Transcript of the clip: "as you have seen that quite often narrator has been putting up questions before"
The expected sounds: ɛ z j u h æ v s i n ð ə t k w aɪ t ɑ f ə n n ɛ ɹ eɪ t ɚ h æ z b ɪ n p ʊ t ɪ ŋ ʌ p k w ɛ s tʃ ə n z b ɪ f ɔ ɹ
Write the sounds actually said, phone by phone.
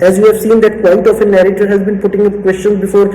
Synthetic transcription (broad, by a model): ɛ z j u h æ v s i n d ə t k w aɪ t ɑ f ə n n ɛ ɹ eɪ t ɚ h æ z b ɪ n p ʊ t ɪ ŋ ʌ k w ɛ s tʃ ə n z b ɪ f ɔ ɹ